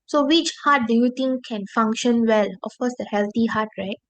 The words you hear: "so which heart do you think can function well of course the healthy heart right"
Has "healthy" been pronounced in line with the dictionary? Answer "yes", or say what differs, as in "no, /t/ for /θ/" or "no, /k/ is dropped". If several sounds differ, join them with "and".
no, /t/ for /θ/